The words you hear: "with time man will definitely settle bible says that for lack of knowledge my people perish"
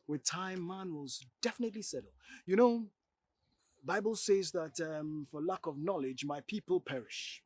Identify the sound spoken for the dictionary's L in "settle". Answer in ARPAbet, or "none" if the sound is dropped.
N